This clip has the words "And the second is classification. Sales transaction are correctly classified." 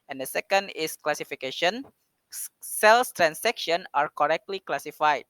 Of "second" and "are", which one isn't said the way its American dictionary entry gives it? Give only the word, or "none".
none